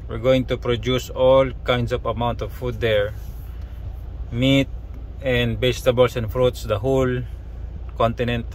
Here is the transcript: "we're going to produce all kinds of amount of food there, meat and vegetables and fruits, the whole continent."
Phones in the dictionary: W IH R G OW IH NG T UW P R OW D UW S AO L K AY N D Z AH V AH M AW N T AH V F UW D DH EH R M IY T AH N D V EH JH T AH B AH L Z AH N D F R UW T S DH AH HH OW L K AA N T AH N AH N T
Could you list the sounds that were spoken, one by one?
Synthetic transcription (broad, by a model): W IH R G OW IH NG T UW P R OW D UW S AO L K AY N D S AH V AH M AW N T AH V F UW D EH R M IY T AH N D B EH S T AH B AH L S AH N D F R UW T S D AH HH OW L K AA N T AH N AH N T